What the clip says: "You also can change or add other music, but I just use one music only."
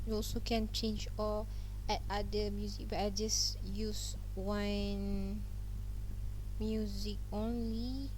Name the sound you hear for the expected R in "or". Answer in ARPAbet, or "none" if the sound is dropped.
L